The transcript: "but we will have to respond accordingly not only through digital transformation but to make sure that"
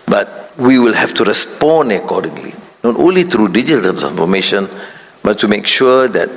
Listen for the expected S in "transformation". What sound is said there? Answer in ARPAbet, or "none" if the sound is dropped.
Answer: none